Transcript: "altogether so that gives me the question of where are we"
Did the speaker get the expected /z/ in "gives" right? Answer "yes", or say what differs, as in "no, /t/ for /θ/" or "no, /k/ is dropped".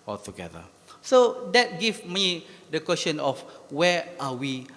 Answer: no, /z/ is dropped